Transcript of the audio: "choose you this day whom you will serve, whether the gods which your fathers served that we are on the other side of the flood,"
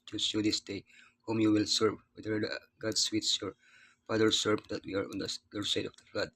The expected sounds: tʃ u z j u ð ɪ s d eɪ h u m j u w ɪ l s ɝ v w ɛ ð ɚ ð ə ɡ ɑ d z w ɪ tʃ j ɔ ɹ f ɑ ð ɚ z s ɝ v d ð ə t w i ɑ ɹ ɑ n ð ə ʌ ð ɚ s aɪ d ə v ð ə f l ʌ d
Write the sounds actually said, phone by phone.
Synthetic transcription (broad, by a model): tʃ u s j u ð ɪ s d eɪ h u m j u w ɪ l s ɝ v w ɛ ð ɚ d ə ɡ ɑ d s w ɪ s j ɔ ɹ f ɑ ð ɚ s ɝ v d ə t w i ɑ ɹ ɑ n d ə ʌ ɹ s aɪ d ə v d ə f l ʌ d